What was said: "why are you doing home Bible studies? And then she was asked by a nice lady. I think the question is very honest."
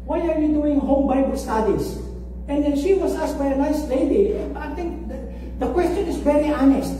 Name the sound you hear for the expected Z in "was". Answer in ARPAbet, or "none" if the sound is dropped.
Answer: S